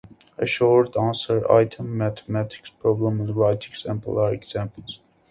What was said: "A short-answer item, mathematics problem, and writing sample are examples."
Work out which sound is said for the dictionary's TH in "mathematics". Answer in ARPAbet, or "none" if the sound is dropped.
T